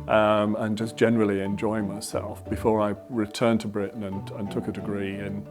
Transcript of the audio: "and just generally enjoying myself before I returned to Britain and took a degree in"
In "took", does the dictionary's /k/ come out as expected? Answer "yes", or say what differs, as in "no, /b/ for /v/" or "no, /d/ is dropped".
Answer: yes